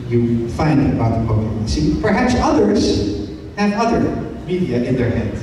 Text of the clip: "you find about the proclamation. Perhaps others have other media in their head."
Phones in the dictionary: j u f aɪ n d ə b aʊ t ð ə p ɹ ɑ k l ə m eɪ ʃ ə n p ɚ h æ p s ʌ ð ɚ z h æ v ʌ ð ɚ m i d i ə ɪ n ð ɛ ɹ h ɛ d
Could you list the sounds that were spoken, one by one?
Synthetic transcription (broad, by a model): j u f aɪ n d ə b aʊ t ð ə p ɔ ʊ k ə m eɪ s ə p ɚ h æ p s ʌ ð ɚ z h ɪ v ʌ ð ɚ m i d i ə ɪ n ð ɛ ɹ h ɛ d